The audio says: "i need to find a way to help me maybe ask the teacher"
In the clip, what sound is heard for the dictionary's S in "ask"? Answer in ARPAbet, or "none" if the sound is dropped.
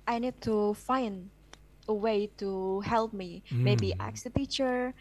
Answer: none